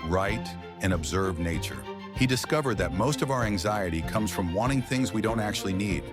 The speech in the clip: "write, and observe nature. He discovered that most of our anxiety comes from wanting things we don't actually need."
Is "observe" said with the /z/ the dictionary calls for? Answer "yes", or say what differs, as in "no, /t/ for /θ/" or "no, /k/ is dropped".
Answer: yes